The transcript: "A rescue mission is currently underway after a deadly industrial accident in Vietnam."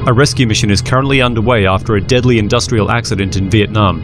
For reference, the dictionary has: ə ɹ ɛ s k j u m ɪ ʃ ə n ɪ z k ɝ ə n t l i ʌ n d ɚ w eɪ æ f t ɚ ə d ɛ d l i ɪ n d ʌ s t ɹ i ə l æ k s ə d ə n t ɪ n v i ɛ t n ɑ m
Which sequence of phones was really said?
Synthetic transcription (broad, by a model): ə ɹ ɛ s k j u m ɪ ʃ ə n ɪ z k ɝ ə n t l i ʌ n d ɚ w eɪ æ f t ɚ ə d ɛ d l i ɪ n d ʌ s t ɹ i ə l æ k s ə d ə n t ɪ n v i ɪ t n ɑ m